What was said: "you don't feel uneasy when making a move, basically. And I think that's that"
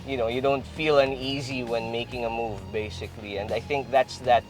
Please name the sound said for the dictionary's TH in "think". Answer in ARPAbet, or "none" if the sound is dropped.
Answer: TH